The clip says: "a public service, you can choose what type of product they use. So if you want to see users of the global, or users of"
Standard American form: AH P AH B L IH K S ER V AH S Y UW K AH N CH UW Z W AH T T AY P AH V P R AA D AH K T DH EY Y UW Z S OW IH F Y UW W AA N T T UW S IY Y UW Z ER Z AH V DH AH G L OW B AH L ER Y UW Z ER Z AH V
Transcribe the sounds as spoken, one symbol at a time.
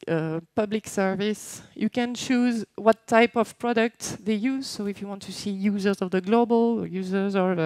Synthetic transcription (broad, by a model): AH P AH B L IH K S ER V AH S Y UW K AH N CH UW Z W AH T T AY P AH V P R AA D AH K T DH EY Y UW Z S OW IH F Y UW W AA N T T UW S IY Y UW Z ER Z AH V DH AH G L OW B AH L Y UW Z ER Z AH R